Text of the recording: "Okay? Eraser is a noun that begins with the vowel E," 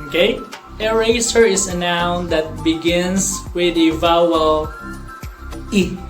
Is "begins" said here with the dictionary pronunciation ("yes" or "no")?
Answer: no